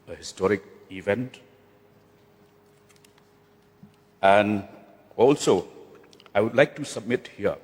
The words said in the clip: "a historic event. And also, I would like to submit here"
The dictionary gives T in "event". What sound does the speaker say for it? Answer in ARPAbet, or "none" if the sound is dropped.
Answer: T